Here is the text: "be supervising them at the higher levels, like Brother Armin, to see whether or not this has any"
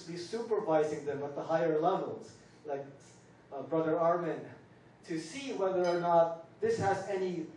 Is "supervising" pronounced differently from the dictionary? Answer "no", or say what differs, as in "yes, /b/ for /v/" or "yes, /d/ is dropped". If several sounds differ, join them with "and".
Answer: no